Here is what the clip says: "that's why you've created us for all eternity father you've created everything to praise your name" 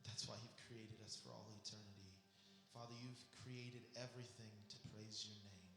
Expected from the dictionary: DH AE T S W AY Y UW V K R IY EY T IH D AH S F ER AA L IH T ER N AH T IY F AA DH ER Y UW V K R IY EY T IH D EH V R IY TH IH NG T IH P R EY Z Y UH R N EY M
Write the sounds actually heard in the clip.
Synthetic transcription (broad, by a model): DH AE T S W AY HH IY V K R IY EY T IH D AH S F ER AA L IH T ER N AH T IY F AA DH ER Y UW V K R IY EY T IH D EH V R IY TH IH NG T IH P R EY Z Y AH R N EY M